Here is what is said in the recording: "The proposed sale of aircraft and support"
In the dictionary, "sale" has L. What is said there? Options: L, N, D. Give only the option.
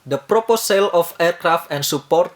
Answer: L